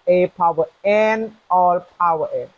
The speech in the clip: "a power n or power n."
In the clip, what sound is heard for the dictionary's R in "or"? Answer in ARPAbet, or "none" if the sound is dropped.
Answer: L